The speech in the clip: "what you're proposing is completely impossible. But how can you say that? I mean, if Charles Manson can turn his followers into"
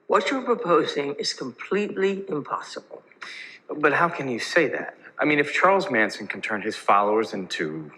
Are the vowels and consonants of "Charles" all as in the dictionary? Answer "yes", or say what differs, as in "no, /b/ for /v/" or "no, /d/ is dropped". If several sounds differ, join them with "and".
yes